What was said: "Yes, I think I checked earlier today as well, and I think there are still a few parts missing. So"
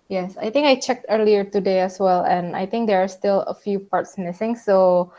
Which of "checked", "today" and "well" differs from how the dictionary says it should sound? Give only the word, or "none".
none